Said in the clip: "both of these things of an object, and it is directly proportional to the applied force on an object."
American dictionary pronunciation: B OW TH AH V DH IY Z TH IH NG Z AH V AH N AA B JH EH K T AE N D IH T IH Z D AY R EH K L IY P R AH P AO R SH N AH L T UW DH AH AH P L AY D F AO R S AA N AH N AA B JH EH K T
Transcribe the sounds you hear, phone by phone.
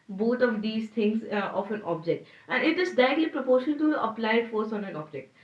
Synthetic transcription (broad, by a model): B OW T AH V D IY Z T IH NG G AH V AH N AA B JH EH K T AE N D IH T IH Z D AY EH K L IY P R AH P AO R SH AH N T UW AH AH P L AY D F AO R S AA N AH N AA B JH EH K T